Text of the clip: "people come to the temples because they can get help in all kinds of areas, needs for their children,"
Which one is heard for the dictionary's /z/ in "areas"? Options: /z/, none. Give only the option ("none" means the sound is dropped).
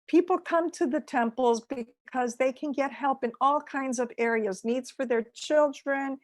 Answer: /z/